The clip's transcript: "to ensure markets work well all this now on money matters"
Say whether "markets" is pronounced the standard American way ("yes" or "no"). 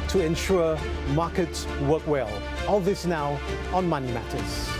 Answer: no